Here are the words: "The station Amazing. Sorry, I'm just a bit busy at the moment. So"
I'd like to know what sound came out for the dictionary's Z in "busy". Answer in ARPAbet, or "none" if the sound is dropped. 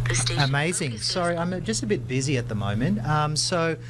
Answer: Z